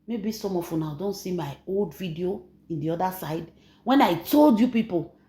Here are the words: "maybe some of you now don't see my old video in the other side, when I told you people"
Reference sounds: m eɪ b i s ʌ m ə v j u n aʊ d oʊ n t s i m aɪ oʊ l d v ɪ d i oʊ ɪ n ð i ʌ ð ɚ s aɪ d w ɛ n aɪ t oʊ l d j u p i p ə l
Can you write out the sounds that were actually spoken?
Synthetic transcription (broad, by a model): m eɪ b i s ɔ m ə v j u n aʊ d oʊ n t s i m aɪ oʊ l d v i d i oʊ ɪ n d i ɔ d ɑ s aɪ d w ɛ n aɪ t oʊ l d j u p i p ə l